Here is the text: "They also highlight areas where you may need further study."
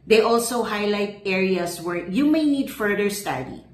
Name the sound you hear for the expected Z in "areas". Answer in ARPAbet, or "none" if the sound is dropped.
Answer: S